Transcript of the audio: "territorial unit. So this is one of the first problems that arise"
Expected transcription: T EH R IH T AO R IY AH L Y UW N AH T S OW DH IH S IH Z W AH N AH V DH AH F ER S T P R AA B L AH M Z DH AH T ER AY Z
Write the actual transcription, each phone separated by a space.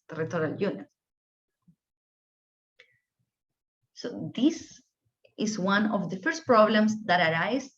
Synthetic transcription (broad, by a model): T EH R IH T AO R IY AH L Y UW N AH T S OW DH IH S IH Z W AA N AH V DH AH F ER S T P R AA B L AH M S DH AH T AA AY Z